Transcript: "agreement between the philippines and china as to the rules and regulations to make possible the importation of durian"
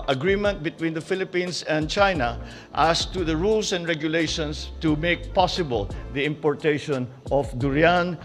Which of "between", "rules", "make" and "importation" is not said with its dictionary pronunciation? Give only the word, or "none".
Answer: rules